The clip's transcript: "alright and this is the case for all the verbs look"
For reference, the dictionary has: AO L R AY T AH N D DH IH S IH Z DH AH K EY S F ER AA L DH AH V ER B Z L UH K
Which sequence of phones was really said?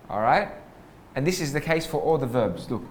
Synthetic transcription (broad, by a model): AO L R AY T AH N DH IH S IH Z DH AH K EY S F ER AA L DH AH V ER B Z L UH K